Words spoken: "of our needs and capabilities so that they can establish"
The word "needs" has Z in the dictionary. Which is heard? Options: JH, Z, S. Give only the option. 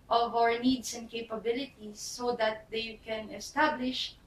S